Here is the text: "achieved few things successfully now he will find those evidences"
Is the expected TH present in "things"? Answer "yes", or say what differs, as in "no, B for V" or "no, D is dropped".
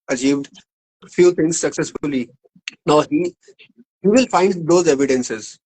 no, T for TH